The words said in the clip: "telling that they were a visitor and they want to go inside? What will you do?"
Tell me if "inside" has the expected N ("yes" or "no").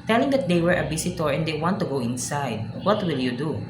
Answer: yes